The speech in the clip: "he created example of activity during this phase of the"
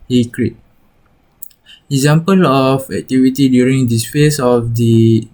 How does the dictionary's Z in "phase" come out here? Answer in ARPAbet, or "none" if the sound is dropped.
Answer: S